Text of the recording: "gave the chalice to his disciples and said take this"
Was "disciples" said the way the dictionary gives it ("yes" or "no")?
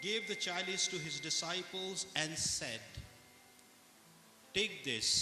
yes